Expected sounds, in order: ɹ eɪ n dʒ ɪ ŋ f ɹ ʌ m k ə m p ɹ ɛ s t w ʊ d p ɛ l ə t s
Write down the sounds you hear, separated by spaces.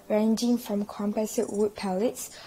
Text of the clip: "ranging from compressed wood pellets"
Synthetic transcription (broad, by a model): ɹ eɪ n dʒ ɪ ŋ f ɹ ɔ m k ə m p ɛ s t w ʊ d p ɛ l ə t s